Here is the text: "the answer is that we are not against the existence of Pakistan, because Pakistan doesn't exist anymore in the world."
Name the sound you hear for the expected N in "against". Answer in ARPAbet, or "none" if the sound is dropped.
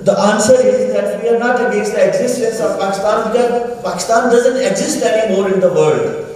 none